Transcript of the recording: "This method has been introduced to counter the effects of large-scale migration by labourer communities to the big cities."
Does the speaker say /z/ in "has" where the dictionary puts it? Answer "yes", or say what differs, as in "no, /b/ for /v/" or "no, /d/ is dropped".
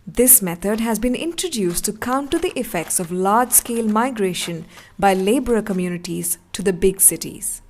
yes